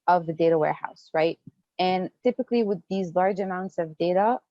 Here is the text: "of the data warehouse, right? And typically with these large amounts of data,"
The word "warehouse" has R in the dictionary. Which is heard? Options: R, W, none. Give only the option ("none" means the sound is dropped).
R